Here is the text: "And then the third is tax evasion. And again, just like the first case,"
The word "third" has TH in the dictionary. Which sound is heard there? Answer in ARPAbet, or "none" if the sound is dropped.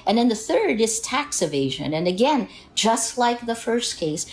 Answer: TH